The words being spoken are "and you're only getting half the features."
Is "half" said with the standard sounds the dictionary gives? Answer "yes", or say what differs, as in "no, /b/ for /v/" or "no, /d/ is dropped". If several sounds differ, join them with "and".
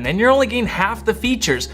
yes